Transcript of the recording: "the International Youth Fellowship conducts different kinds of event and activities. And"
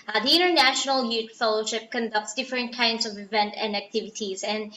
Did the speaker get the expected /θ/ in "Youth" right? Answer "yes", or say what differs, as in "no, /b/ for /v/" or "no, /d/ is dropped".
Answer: no, /t/ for /θ/